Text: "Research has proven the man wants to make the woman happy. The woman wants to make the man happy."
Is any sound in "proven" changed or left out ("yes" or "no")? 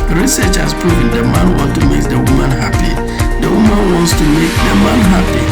yes